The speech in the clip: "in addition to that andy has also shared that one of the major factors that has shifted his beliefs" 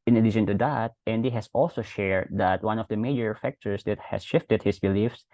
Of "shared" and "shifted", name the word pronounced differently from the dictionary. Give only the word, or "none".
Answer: none